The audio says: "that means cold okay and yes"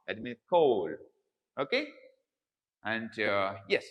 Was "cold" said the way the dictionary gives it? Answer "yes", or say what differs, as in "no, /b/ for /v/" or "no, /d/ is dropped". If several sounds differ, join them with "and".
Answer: no, /d/ is dropped